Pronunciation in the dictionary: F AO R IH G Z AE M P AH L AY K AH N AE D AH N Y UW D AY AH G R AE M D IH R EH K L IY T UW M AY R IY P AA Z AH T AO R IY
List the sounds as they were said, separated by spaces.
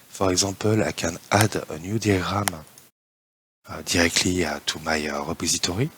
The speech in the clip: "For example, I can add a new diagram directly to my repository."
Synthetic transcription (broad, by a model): F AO R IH G Z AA P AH L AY K AH N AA D AH N Y UW D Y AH G R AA M D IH R EH K L IY T UW M AY R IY P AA Z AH T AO R IY